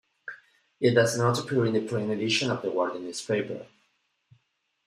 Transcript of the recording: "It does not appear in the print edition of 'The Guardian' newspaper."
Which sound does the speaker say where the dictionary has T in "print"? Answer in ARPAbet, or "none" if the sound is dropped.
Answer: none